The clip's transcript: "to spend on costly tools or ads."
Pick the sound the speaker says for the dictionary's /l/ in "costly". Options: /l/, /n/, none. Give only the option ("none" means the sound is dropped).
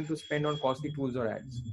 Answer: none